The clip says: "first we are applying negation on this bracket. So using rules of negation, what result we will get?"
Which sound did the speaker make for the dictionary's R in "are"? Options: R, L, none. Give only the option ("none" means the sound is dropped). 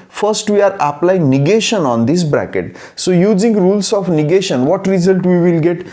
R